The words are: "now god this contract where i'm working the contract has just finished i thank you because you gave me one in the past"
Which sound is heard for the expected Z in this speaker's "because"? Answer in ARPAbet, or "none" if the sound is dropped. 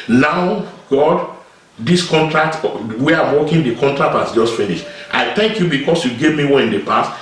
S